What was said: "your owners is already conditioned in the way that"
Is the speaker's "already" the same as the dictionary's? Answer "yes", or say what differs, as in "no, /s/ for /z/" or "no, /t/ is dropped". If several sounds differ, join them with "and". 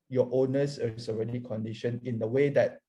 yes